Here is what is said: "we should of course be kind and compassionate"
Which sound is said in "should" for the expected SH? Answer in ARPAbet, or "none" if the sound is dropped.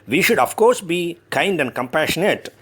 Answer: SH